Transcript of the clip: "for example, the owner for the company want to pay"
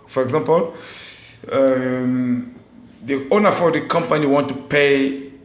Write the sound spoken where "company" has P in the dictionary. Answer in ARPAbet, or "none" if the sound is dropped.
P